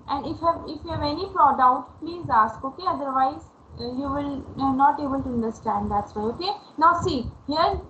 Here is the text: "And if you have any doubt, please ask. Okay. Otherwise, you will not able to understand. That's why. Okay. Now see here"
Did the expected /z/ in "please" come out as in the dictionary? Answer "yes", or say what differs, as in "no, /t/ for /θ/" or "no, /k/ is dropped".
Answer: yes